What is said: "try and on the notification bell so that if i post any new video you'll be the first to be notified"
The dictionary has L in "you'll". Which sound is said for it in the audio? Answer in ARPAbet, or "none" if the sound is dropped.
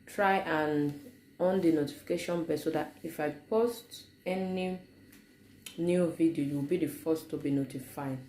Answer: W